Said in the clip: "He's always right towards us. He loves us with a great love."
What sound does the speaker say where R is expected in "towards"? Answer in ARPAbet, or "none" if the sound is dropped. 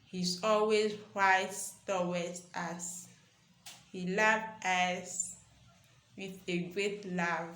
W